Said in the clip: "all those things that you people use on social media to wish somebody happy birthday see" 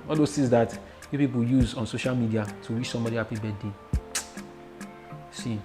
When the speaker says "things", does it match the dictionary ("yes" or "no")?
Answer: no